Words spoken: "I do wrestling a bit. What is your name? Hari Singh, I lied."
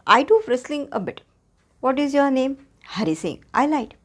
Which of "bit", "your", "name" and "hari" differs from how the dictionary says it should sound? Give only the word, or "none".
none